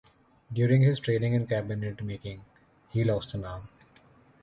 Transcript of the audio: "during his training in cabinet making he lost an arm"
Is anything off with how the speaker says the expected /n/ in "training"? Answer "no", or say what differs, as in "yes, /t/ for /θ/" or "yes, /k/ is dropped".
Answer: yes, /l/ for /n/